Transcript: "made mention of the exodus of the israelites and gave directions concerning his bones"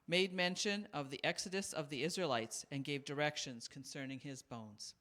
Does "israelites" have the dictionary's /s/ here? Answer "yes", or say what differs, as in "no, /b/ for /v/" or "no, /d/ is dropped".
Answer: yes